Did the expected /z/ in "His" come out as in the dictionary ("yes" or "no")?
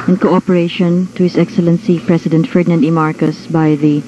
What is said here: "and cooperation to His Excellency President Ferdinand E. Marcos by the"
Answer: no